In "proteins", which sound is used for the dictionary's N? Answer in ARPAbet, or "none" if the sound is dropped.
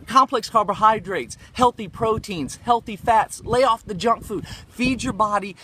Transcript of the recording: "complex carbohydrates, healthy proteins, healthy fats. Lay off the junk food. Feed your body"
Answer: N